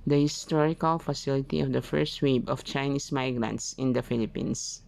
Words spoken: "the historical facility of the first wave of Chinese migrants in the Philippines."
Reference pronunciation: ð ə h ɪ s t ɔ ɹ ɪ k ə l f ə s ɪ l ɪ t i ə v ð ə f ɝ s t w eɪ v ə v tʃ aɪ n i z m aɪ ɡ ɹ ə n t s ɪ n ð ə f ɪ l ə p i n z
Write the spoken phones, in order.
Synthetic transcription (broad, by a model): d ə h ɪ s t ɔ ɹ ɪ k ə l f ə s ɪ l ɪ t i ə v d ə f ɝ s t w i b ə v tʃ aɪ n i s m aɪ ɡ ɹ ə n t s ɪ n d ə f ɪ l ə p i n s